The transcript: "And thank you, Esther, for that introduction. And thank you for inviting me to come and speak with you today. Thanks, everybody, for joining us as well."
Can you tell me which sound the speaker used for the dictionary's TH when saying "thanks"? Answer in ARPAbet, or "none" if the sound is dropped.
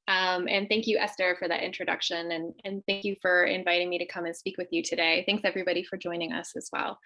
TH